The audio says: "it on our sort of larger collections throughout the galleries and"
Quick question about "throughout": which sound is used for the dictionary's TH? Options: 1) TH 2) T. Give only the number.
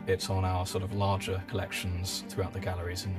1